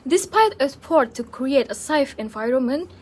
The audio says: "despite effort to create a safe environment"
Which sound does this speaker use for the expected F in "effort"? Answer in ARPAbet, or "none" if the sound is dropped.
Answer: P